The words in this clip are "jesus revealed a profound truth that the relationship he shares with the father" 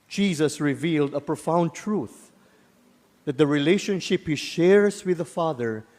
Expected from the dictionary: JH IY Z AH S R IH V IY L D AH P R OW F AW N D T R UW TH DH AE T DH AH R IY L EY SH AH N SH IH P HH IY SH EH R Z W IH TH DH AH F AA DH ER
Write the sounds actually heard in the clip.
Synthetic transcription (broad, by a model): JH IY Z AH S R IH V IY L D AH P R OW F AW N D T R UW TH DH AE T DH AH R IY L EY SH AH N SH IH P HH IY SH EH R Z W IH DH AH F AA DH ER